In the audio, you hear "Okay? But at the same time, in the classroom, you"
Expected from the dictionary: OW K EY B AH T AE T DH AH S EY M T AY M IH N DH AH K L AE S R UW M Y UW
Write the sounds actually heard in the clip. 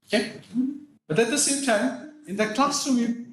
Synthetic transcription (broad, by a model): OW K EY B AH T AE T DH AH S EY M T AY M IH N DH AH K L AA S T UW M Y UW